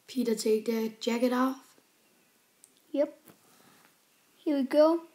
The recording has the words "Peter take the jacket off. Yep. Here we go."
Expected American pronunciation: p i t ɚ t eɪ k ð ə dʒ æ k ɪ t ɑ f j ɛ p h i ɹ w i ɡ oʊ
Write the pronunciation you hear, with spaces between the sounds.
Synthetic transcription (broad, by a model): p i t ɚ t eɪ k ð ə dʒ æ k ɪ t ɑ f j ɛ p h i w i ɡ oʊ